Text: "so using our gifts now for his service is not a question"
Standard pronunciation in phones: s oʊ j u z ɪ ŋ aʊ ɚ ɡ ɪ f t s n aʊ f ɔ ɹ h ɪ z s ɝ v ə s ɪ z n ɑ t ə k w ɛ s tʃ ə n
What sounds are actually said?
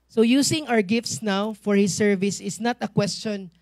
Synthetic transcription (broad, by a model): s oʊ j u s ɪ ŋ aʊ ɚ ɡ ɪ f t s n aʊ f ɔ ɹ h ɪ s ɝ v ə s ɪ s n ɑ t ə k w ɛ s tʃ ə n